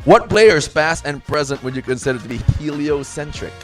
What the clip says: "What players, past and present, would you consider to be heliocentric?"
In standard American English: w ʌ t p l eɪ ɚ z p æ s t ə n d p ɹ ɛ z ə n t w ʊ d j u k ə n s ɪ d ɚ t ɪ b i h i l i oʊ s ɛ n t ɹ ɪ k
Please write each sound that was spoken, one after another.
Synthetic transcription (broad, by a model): w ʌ t b l eɪ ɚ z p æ s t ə n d p ɹ ɛ z ə n t w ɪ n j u k ə n s ɪ d ɚ t ɪ b i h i l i oʊ s ɛ n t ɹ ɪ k